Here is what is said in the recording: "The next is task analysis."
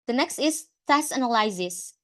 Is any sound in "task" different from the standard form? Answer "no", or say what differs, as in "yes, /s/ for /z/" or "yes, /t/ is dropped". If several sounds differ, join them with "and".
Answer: yes, /k/ is dropped